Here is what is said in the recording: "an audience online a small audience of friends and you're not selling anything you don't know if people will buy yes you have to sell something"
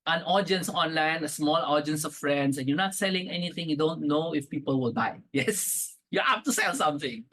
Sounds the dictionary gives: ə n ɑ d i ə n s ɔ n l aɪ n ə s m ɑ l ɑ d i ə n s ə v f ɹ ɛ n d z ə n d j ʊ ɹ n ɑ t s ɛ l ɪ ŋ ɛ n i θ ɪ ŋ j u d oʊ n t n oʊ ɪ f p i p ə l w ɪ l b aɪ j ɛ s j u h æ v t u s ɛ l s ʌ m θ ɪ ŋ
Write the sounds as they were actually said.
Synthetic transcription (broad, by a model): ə n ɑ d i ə n s ɔ n l aɪ n ə s m ɑ l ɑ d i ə n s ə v f ɹ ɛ n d s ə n j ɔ n ɑ t s ɛ l ɪ ŋ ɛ n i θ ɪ ŋ j u d oʊ n t n oʊ ɪ f p i p ə l w ɪ l b aɪ j ɛ s j u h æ p t u s ɛ l s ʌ m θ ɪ ŋ